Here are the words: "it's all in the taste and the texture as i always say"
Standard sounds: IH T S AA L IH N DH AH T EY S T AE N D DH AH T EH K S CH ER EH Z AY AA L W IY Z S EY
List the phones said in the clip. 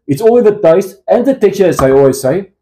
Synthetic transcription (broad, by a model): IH T S AA L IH DH AH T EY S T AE N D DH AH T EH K CH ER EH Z AY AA L W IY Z S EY